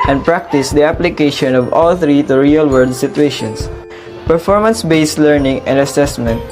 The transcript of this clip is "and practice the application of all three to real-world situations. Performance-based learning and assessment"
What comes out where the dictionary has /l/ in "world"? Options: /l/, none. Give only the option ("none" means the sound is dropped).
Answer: none